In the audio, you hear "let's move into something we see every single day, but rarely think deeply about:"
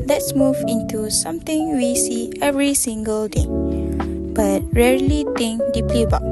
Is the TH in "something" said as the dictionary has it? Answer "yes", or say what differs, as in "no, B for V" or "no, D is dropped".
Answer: no, T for TH